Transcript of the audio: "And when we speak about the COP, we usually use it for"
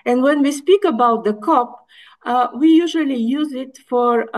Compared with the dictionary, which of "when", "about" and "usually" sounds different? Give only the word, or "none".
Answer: none